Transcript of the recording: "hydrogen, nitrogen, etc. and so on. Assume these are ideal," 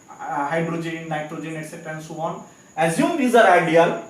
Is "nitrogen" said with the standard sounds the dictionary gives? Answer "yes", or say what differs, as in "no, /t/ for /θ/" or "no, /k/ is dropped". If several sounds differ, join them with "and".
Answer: yes